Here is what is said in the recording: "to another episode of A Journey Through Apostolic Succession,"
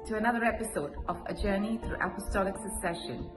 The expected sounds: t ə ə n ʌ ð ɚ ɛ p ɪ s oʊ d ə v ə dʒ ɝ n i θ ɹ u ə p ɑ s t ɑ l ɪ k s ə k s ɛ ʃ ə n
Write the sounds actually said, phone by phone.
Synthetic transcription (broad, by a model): t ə ə n ʌ ð ɚ ɛ p ɪ s oʊ d ə v ə dʒ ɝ n i θ ɹ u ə p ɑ s t ɑ l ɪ k s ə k s ɛ ʃ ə n